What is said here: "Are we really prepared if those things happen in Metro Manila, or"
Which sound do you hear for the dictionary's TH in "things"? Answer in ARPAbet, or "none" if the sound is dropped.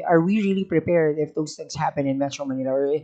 TH